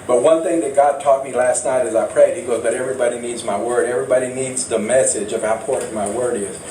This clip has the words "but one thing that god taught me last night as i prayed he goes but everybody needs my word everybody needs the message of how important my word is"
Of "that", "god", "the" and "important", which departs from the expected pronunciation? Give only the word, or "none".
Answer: important